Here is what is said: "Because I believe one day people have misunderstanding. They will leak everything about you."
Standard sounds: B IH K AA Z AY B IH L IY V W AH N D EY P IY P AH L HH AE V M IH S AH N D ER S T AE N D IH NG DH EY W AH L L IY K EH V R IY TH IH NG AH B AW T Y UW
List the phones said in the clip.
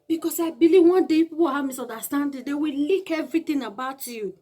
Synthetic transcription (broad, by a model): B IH K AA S AY B IH L IY V W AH N D EY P IY P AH W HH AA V M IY S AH N D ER S T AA N D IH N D EY W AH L L IY K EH V R IY T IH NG AH B AW T Y UW